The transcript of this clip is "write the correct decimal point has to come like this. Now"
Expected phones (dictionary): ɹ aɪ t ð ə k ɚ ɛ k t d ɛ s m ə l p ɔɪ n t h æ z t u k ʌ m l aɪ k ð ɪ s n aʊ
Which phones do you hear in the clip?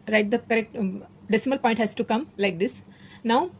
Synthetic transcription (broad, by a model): ɹ aɪ t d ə k ɚ ɛ k t d ɛ s m ə l p ɔɪ n t h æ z t u k ʌ m l aɪ k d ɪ s n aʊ